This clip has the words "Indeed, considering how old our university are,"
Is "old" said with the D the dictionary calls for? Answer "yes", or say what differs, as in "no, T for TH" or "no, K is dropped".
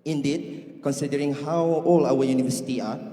no, D is dropped